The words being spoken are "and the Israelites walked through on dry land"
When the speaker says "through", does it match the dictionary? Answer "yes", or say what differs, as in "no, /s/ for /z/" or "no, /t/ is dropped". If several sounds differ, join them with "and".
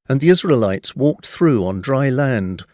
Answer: yes